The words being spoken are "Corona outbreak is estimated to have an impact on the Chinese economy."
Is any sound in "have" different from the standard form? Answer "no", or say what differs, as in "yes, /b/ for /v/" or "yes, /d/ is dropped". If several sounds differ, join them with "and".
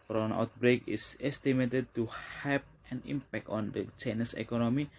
yes, /p/ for /v/